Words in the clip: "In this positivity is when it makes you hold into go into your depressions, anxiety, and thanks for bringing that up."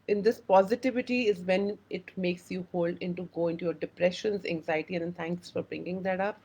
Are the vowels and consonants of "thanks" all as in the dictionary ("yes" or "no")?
no